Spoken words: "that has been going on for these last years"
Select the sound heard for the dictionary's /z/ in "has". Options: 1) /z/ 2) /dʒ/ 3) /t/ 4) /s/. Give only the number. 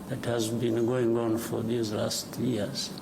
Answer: 1